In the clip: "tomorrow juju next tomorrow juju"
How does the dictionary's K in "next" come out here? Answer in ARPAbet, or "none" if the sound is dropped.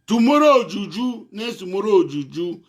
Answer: none